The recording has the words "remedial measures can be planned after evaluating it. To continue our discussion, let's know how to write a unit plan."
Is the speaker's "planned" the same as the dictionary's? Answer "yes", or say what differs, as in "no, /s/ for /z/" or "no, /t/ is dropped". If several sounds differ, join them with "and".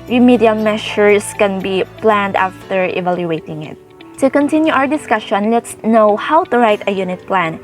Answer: yes